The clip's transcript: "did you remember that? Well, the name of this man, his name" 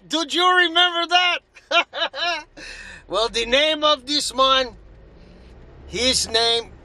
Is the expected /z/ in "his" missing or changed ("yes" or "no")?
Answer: no